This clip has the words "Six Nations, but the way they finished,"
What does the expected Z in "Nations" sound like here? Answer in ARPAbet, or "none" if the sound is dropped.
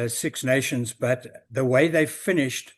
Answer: Z